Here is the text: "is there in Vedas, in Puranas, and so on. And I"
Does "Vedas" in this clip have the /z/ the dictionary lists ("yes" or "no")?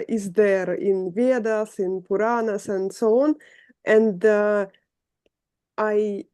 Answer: no